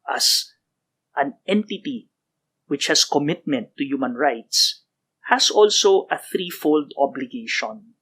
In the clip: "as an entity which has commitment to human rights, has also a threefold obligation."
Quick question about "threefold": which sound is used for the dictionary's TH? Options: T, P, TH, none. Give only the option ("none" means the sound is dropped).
TH